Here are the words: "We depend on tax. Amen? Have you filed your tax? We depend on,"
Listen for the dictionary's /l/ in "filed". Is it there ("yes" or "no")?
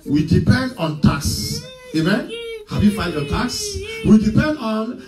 no